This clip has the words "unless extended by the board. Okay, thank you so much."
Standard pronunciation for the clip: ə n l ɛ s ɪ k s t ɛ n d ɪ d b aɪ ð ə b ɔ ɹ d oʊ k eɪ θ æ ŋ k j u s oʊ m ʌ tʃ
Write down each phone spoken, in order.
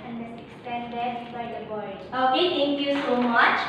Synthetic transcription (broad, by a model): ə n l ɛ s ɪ k s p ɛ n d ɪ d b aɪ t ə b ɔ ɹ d oʊ k eɪ t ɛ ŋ k j u s oʊ m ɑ tʃ